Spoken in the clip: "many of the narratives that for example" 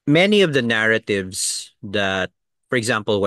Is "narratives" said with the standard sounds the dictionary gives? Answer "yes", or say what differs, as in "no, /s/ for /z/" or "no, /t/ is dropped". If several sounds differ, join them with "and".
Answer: no, /s/ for /z/